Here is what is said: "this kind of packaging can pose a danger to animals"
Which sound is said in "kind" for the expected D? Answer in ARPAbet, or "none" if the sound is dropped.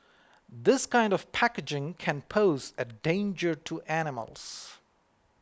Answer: D